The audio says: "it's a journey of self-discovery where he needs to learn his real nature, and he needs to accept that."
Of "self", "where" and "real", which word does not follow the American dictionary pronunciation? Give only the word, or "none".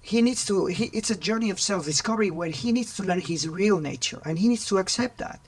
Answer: where